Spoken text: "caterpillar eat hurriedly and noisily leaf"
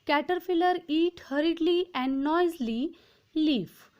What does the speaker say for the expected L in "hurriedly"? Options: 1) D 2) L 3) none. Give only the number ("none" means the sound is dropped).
2